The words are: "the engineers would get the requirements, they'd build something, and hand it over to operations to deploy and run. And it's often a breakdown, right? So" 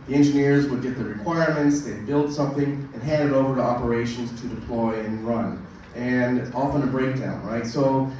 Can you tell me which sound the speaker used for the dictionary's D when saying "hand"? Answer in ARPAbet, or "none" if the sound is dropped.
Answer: D